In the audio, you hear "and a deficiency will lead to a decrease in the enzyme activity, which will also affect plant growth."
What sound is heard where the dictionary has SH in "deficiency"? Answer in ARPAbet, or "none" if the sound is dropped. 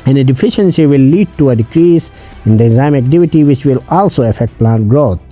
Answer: SH